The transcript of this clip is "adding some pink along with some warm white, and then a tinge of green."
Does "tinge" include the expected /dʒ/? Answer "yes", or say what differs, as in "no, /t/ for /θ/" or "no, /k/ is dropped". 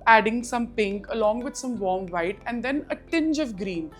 yes